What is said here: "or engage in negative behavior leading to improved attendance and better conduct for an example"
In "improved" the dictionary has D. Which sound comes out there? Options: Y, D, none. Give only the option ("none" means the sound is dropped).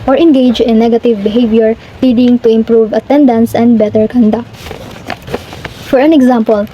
none